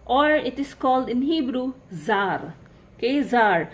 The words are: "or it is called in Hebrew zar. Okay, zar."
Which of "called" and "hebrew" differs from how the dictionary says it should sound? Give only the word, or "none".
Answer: none